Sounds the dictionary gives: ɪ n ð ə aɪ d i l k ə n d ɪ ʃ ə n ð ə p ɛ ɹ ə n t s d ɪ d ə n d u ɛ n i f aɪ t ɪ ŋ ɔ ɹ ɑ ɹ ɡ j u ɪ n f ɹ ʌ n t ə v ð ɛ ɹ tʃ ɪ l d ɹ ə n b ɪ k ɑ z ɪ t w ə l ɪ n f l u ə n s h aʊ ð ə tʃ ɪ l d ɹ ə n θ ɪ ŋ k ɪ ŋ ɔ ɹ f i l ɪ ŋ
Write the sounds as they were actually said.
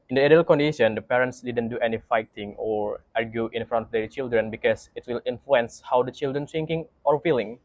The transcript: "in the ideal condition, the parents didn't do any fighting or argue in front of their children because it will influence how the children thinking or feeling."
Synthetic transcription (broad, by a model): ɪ n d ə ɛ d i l k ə n d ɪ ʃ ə n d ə p ɛ ɹ ə n t s d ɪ d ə n d u ɛ n i f aɪ t ɪ ŋ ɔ ɹ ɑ ɹ ɡ j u ɪ n f ɹ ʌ n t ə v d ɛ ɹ tʃ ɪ l d ɹ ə n b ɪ k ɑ s ɪ t w ə l ɪ n f l u ə n s h aʊ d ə tʃ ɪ l d ɹ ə n s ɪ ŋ k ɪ ŋ ɔ ɹ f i l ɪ ŋ